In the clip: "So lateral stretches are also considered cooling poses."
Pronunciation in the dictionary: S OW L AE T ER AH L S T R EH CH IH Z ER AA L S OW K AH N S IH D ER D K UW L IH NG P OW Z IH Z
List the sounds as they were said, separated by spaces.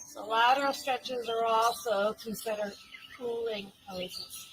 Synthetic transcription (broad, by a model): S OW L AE T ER AH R S T R EH CH IH Z ER AA L S OW K AH N S IH D ER D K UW L IH NG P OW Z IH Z